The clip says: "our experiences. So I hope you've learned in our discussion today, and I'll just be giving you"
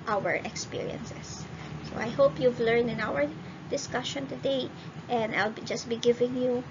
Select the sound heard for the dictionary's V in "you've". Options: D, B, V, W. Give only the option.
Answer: V